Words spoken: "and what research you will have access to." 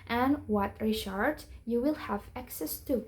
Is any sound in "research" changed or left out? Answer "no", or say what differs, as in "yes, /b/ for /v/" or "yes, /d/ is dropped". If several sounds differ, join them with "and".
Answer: yes, /ʃ/ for /s/